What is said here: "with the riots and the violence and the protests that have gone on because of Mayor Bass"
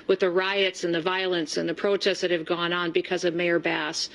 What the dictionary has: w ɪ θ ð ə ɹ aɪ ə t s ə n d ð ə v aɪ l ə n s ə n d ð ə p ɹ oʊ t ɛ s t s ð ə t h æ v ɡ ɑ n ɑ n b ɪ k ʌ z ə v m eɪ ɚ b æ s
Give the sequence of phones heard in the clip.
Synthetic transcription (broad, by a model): w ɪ ð ə ɹ aɪ ə t s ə n ð ə v aɪ l ə n s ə n ð ə p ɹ oʊ t ɛ s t ð ə t h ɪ v ɡ ɑ n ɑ n b ɪ k ʌ z ə v m eɪ ɚ b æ s